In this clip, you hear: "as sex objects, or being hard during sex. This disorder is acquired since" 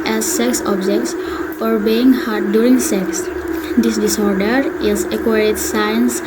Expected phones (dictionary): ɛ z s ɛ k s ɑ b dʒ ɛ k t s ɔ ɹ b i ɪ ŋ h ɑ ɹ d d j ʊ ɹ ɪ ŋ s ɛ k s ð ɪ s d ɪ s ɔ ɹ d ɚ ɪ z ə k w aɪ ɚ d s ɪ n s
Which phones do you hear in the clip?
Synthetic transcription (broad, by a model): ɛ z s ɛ k s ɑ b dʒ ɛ k t s ɔ ɹ b i ɪ ŋ h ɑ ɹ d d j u ɹ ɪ ŋ s ɛ k s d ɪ s d ɪ s ɔ ɹ d ɚ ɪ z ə k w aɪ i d s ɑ n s